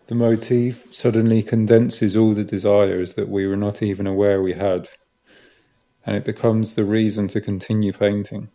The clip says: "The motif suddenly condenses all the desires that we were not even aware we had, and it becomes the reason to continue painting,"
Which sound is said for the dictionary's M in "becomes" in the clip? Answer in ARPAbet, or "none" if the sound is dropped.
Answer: M